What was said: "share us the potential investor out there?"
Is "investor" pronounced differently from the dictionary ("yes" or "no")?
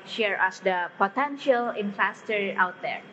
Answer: yes